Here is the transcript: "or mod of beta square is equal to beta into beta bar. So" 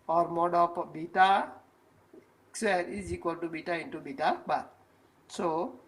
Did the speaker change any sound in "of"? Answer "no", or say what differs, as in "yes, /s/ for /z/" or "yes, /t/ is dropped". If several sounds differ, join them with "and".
yes, /p/ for /v/